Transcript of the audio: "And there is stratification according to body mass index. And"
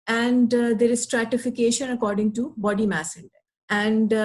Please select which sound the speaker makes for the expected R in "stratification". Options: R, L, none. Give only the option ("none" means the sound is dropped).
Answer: R